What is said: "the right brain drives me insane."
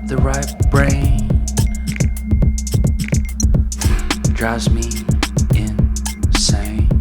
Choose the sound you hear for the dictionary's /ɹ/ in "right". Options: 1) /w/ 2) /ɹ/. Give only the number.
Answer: 2